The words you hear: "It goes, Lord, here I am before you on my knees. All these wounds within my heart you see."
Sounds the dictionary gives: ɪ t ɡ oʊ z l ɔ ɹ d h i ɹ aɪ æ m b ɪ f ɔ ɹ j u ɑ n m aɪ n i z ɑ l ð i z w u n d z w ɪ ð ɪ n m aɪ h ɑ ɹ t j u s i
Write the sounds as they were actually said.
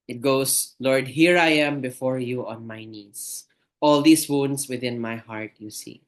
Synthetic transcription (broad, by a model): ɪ t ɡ oʊ s l ɔ ɹ d h i ɹ aɪ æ m b ɪ f ɔ ɹ j u ɑ n m aɪ n i s ɑ l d i s w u n d s w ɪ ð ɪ n m aɪ h ɑ ɹ t j u s i